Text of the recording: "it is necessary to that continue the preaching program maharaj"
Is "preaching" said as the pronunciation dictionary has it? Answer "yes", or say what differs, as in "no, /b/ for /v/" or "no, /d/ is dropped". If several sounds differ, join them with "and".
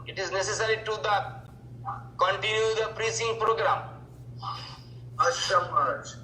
no, /s/ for /tʃ/